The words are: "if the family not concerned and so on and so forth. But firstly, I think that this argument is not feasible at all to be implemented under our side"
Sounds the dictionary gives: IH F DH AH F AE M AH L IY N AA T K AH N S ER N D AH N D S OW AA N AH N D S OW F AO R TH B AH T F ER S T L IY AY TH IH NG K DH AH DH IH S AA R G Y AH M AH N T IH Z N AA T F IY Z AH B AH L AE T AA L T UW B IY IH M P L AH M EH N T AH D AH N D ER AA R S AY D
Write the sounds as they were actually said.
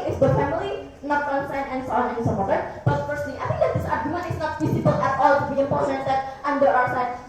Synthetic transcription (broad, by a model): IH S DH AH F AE M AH L IY N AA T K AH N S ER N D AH N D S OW AA N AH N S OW P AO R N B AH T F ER S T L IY AY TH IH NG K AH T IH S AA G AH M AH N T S N AA T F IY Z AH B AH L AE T AA L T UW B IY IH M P AH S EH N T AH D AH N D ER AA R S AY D